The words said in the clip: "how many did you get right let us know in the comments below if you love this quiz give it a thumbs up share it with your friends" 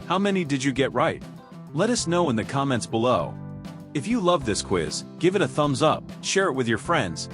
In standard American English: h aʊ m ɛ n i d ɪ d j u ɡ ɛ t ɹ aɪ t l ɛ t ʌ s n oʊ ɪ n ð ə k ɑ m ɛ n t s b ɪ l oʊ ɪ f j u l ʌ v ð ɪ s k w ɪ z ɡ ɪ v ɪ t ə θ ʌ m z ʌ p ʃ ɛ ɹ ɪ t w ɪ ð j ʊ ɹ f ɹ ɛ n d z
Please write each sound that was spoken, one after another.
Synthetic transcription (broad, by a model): h aʊ m ɛ n i d ɪ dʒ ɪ ɡ ɛ t ɹ aɪ t l ɛ t ʌ s n oʊ ɪ n ð ə k ɑ m ɛ n t s b ɪ l oʊ ɪ f j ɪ l ʌ v ð ɪ s k w ɪ z ɡ ɪ v ɪ t ə θ ʌ m z ʌ p ʃ ɛ ɹ ɪ t w ɪ ð j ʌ ɹ f ɹ ɛ n d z